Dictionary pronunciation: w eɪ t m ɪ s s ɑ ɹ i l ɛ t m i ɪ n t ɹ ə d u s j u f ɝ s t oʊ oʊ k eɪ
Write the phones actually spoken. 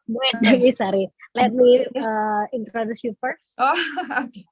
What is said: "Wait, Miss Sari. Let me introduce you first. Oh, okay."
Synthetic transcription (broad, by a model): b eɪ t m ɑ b s ɑ ɹ i l ɛ t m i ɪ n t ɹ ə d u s j u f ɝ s oʊ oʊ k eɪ